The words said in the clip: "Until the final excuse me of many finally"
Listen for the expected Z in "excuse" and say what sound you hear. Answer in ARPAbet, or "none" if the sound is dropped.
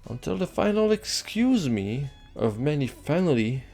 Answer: Z